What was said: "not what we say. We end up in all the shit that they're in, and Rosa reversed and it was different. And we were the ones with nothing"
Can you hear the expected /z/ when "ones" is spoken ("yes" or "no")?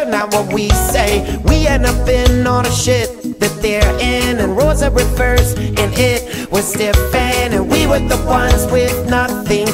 yes